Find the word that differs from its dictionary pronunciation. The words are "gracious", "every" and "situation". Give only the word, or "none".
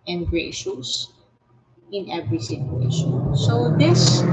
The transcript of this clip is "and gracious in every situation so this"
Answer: none